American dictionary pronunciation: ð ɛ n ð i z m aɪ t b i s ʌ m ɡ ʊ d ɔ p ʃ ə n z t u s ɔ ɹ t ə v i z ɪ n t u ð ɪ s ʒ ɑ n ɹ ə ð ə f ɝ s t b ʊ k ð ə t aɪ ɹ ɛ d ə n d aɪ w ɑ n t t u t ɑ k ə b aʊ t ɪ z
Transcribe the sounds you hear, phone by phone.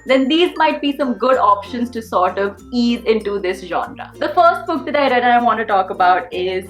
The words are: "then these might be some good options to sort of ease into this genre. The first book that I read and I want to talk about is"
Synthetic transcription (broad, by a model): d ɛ n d i z m aɪ t b i s ʌ m ɡ ʊ d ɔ p ʃ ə n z t u s ɔ ɹ t ə v i z ɪ n t u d ɪ s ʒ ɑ n ɹ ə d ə f ɝ s t b ʊ k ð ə t aɪ ɹ ɛ d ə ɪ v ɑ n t t u t ɑ k ə b aʊ t ɪ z